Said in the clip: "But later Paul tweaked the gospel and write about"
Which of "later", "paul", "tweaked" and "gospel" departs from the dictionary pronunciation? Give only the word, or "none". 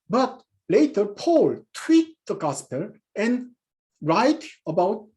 tweaked